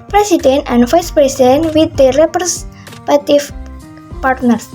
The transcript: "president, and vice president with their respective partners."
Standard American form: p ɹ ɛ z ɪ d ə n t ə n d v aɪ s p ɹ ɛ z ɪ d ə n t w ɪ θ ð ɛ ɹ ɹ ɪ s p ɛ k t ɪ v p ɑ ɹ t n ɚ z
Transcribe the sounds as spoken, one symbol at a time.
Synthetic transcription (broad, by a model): p ɹ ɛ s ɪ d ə n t ə n d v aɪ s p ɹ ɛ s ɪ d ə n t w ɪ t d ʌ ɹ ɹ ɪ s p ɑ t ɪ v p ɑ ɹ t n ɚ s